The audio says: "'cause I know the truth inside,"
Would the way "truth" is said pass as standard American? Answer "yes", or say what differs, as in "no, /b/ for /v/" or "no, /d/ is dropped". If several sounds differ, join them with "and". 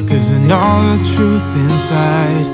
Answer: yes